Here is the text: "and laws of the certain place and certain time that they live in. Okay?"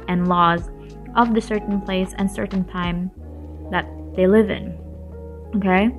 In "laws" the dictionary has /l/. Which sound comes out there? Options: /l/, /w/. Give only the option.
/l/